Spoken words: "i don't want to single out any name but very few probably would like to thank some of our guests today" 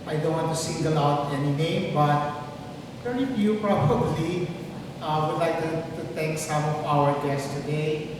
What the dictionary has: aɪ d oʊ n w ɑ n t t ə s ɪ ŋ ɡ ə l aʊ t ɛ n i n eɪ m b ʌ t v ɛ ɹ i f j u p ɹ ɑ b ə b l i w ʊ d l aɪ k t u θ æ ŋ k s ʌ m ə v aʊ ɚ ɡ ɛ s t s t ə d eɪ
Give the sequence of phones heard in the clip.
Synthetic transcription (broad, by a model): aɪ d oʊ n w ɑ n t t ə s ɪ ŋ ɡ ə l aʊ t ɛ n i n eɪ m b ʌ t p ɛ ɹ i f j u p ɹ ɑ b ə b l i w ʊ d l aɪ k t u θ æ ŋ k s ʌ m ə v aʊ ɚ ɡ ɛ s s t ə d eɪ